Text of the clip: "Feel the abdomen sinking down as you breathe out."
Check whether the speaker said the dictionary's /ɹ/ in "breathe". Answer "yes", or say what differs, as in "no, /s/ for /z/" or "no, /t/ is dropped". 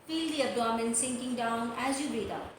no, /ɹ/ is dropped